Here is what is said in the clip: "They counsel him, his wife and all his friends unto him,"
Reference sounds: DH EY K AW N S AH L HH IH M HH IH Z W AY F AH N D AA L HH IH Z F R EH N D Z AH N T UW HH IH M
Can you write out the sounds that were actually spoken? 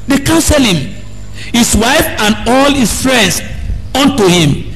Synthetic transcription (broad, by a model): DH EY K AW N S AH L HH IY M HH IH S W AY F AH N D AA L HH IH S F R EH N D S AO N T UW HH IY M